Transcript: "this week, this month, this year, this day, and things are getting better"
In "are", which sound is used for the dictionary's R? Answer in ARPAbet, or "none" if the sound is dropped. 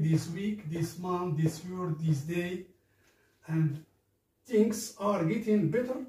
R